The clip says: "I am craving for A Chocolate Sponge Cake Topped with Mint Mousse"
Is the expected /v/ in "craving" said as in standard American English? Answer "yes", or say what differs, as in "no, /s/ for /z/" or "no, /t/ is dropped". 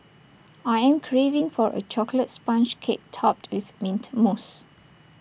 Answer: yes